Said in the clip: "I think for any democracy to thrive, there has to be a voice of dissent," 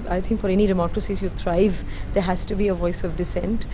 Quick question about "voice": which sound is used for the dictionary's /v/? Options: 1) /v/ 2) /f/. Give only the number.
1